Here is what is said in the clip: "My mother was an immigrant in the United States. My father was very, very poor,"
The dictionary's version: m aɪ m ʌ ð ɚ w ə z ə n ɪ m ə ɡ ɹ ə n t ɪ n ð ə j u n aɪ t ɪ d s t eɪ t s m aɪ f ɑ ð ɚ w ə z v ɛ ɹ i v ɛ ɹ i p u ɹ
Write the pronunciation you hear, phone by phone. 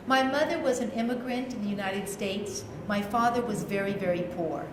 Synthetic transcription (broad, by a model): m aɪ m ʌ ð ɚ w ə z ə n ɪ m ə ɡ ɹ ə n t ɪ n ð ə j u n aɪ t ɪ d s t eɪ t s m aɪ f ɑ ð ɚ w ə z v ɛ ɹ i v ɛ ɹ i p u ɹ